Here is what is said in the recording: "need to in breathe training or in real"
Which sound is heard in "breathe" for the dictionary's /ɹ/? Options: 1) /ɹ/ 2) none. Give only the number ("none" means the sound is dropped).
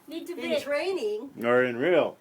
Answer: 2